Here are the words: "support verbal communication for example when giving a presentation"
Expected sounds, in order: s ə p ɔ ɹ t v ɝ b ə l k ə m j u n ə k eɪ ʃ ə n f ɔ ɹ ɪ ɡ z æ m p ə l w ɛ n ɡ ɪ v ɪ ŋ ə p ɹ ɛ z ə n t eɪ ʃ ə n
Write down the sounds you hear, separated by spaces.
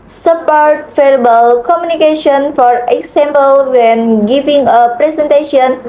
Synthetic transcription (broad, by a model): s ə p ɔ ɹ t f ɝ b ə l k ə m j u n ə k eɪ ʃ ə n f ɔ ɹ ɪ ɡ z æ m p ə l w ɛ n ɡ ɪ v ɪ ŋ ə p ɹ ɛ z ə n t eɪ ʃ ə n